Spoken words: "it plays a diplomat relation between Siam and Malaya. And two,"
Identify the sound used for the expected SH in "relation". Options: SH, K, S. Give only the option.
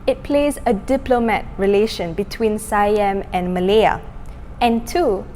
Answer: SH